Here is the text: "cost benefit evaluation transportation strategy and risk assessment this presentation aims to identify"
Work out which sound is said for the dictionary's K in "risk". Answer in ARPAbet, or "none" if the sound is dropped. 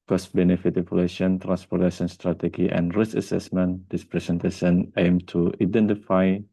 none